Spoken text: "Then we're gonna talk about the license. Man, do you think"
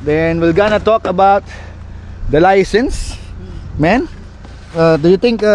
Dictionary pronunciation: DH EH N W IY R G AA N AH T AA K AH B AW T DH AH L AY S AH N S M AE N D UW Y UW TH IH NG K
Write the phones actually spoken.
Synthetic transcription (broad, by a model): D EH N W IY L G AA N AH T AA K AH B AW T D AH L AY S AH N S M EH N D UW Y UW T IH NG K